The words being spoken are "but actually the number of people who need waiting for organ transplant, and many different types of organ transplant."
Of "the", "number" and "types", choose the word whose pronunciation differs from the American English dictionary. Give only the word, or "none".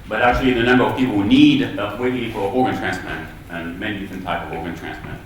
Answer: types